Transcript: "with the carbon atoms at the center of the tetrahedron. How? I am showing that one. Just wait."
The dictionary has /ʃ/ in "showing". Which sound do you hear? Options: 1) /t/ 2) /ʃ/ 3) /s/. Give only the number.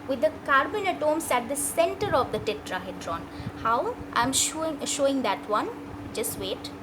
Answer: 2